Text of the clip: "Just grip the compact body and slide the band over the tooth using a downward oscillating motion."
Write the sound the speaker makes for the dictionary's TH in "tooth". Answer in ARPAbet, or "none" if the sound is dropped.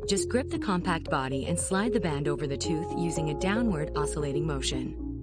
TH